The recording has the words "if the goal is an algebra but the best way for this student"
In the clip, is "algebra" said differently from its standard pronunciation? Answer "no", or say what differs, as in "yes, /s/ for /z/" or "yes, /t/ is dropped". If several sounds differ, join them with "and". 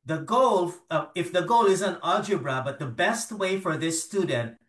yes, /l/ is dropped